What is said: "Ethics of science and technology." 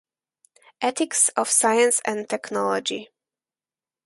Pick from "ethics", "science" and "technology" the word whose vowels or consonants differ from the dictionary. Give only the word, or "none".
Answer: ethics